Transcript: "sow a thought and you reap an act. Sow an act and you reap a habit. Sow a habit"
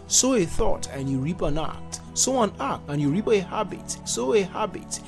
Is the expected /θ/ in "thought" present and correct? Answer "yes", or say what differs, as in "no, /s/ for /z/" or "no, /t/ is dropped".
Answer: yes